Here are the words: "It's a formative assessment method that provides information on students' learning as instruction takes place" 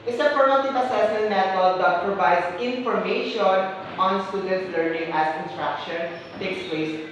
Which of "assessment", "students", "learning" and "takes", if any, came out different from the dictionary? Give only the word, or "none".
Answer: assessment